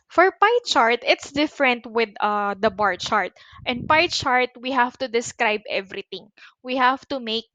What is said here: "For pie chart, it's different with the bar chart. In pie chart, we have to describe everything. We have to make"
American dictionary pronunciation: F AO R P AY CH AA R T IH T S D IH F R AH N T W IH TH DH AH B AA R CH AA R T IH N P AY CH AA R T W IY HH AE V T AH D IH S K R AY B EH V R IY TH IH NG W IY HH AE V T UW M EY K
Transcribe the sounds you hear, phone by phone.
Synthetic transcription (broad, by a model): F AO R P AY CH AA R T IH T S D IH F R AH N T W IH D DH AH B AA R CH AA R T IH N P AY CH AA R T W IY HH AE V T AH D IH S K R AY B EH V R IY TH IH NG W IY HH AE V T UW M EY K